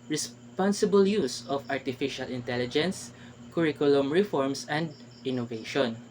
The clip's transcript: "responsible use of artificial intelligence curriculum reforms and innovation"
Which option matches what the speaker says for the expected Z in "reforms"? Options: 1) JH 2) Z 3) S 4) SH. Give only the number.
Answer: 3